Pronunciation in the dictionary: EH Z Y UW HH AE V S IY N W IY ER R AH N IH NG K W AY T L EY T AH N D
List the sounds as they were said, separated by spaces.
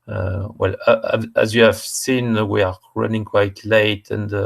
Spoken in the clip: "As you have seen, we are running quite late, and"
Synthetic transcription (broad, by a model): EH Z Y UW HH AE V S IY N W IY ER R AH N IH NG K W AY T L EY T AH N D